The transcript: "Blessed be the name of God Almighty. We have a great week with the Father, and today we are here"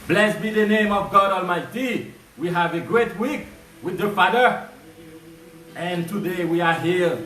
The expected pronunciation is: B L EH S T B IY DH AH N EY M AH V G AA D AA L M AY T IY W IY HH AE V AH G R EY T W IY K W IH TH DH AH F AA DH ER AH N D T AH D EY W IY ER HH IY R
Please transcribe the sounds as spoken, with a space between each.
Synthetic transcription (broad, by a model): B L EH S B IY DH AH N EY M AH V G AA D AA L M AY T IY W IY HH AE V AH G R EY T W IY K W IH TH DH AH F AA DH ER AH N T AH D EY W IY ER HH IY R